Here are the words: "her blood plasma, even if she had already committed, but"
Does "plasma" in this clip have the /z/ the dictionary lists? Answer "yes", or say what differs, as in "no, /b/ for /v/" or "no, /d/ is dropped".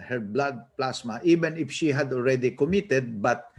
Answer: no, /s/ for /z/